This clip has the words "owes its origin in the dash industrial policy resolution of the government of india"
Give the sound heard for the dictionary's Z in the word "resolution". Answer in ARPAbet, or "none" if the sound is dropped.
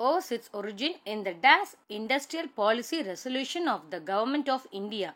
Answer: S